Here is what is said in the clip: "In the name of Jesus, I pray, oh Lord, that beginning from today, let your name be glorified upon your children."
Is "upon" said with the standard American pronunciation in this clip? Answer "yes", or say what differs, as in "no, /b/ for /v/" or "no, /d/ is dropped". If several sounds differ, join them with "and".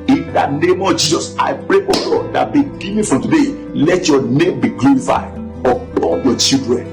no, /l/ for /n/